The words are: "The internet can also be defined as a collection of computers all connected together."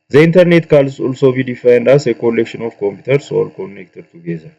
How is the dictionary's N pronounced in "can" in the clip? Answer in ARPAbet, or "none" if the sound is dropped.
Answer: L